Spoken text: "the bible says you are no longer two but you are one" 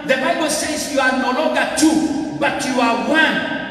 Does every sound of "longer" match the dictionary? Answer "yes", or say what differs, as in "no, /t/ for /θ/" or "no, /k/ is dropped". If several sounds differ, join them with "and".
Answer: no, /ŋ/ is dropped